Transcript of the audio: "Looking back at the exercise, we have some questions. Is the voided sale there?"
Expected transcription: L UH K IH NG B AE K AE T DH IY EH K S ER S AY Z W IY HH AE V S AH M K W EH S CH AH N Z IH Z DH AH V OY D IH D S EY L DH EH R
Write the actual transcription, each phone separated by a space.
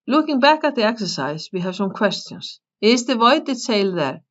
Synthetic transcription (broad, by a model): L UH K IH NG B AE K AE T DH IY EH K S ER S AY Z W IY HH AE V S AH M K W EH S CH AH N S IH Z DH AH V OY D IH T EY L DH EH R